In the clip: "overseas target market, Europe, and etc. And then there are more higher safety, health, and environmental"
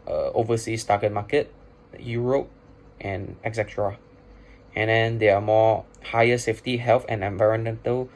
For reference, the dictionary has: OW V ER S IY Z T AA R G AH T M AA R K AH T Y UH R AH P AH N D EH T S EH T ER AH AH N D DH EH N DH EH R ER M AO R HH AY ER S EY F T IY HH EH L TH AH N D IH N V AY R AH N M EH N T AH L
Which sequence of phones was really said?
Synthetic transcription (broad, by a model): OW V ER S IY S T AA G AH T M AA K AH T Y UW R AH P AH N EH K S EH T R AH AH N D EH N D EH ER M AO HH AY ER S EY F T IY HH EH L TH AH N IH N V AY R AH N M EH N T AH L